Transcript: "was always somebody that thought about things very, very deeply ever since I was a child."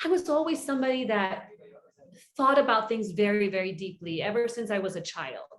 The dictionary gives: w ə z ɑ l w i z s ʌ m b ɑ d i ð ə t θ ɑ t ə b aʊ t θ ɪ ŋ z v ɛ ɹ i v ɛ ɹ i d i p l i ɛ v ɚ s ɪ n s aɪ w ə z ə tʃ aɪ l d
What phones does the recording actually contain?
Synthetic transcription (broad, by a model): w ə z ɑ l w i z s ʌ m b ɑ d i ð ə t θ ɑ t ə b aʊ t θ ɪ ŋ z v ɛ ɹ i v ɛ ɹ i d i p l i ɛ v ɚ s ɪ n s aɪ w ə z ə tʃ aɪ l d